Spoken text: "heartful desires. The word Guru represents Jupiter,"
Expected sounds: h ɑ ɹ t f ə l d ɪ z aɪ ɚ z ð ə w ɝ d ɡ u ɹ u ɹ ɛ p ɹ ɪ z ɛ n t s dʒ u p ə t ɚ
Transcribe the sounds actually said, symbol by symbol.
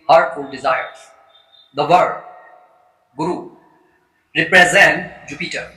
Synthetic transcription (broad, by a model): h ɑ ɹ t f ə l d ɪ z aɪ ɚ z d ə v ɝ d ɡ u ɹ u ɹ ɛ p ɹ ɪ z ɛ n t dʒ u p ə t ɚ